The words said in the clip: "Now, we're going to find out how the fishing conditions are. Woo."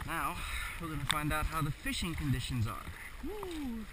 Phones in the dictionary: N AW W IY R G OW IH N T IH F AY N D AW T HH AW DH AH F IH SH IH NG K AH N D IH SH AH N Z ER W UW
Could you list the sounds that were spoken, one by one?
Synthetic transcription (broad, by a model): N AW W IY L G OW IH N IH F AY N D AW T HH AW DH AH F IH SH IH NG K AH N D IH SH AH N Z ER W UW